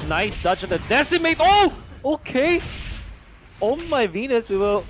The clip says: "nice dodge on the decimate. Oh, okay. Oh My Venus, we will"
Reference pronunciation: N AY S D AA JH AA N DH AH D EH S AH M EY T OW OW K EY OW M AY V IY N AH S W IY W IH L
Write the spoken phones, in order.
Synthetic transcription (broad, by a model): N AY S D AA CH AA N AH D EH S AH M EY T OW OW K EY OW M AY V IY N AH S W IY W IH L